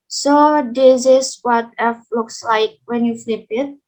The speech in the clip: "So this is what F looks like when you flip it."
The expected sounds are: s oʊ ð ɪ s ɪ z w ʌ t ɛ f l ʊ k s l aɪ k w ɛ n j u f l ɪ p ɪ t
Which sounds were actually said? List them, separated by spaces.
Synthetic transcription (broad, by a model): s oʊ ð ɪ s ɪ s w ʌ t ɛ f l ʊ k s l aɪ k w ɛ n j u f l ɪ p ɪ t